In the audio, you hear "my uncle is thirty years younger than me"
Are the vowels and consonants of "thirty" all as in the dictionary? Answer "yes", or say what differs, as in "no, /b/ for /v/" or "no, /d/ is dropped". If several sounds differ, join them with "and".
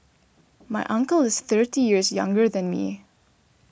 yes